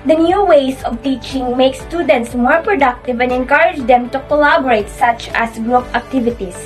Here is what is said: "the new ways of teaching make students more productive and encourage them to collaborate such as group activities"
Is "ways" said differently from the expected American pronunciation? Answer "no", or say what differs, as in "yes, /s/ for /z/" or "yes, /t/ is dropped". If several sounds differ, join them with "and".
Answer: yes, /s/ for /z/